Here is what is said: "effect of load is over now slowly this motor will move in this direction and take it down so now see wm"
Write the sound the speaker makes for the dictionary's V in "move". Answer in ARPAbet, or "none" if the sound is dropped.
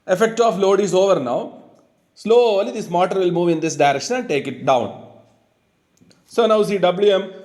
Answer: V